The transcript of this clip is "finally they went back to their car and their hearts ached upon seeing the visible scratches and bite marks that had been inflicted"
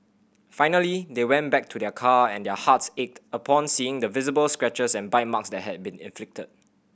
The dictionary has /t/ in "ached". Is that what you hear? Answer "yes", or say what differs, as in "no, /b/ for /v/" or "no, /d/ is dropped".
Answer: yes